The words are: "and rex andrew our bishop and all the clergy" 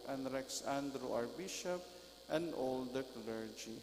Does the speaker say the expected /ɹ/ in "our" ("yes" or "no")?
yes